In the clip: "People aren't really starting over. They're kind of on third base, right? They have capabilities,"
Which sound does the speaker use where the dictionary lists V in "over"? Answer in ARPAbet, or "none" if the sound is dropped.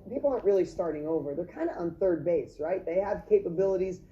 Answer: V